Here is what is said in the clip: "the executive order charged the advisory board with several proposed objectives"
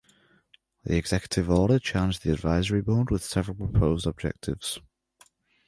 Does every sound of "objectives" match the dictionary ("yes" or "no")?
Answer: yes